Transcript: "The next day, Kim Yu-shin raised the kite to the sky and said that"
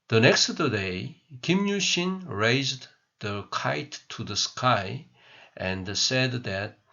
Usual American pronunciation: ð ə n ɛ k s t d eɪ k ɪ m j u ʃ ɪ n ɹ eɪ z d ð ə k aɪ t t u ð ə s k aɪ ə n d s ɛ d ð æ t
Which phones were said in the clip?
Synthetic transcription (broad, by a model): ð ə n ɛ k s t d eɪ k ɪ m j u ʃ ɪ n ɹ eɪ z d ð ə k aɪ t t u ð ə s k aɪ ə n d s ɛ d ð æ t